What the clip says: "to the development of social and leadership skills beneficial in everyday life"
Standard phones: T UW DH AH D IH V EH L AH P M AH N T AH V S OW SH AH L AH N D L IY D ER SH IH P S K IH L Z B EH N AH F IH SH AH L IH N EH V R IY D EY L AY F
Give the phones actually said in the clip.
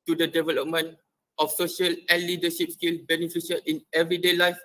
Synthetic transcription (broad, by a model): T UW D AH D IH V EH L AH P M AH N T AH F S OW SH AH L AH N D L IY D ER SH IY P S K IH L B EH N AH F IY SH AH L IH N EH V R IY D EY L AY F